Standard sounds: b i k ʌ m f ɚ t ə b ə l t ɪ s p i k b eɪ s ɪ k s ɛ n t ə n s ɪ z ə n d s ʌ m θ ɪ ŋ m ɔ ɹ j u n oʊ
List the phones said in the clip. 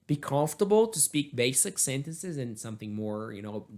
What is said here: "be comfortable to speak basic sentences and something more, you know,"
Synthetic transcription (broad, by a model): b i k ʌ m f t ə b l t ɪ s p i k b eɪ s ɪ k s ɛ n t ə n s ɪ z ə n s ʌ m θ ɪ ŋ m ɔ ɹ j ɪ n oʊ